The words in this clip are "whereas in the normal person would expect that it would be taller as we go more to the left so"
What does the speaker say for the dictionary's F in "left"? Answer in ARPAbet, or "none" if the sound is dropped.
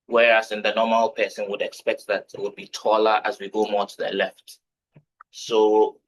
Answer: F